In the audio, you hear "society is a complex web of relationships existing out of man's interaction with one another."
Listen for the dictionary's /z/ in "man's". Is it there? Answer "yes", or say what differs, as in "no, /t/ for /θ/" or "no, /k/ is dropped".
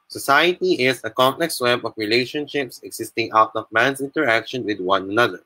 no, /s/ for /z/